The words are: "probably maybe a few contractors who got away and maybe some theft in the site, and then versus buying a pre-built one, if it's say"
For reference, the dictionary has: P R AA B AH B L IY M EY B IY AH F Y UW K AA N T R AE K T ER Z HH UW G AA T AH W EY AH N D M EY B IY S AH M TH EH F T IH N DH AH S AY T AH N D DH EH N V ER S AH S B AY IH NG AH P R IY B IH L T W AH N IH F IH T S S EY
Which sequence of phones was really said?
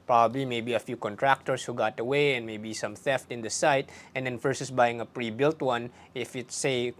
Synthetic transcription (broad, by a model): P R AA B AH B L IY M EY B IY AH F Y UW K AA N T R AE K T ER S HH UW G AA T AH W EY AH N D M EY B IY S AH M TH EH F T IH N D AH S AY T AH N D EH N F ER S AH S B AY IH NG AH P R IY B IH L T W AH N IH F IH T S S EY